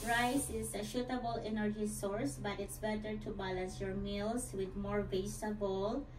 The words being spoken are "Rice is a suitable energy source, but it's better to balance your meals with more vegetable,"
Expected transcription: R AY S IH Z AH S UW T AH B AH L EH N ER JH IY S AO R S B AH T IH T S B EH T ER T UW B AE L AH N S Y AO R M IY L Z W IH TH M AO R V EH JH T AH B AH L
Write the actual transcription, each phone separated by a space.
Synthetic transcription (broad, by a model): R AY S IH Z AH SH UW T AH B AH L EH N ER JH IY S AO R S B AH T IH T S B EH T ER T UW B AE L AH N S Y AO R M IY L S W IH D M AO R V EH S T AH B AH L